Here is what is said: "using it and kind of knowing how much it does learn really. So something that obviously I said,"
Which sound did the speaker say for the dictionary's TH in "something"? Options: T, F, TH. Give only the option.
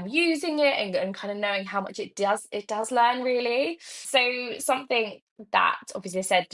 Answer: TH